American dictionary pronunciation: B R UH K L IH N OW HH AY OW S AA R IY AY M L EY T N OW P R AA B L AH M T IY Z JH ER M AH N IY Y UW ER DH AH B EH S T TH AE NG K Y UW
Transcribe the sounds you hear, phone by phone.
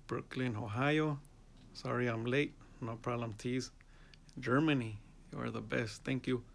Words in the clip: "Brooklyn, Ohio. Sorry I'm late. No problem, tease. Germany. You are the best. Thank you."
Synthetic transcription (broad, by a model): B R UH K L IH N OW HH AY OW S AA R IY AY M L EY T N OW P R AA L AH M T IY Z JH ER M AH N IY Y UW ER DH AH B EH S T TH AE NG K Y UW